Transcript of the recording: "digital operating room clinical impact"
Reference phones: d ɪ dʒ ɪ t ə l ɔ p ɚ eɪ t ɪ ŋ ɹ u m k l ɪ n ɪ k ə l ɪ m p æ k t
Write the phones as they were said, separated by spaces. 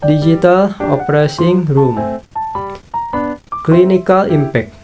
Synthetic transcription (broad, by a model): d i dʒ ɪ t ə l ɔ p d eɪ s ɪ ŋ ɹ u m k l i n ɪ k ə l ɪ m p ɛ k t